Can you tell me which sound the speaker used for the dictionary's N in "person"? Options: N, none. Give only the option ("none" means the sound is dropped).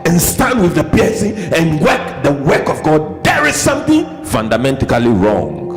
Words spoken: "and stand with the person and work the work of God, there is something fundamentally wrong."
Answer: none